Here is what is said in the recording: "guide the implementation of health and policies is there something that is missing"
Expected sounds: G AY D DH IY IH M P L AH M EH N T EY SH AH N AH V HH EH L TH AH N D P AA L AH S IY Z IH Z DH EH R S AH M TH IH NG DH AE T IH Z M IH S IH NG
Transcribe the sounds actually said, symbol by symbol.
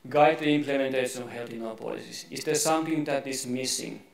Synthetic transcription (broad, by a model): G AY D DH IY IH M P L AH M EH N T EY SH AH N AH V HH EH L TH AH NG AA P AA L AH S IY S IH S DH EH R S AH M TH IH NG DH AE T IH S M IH S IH NG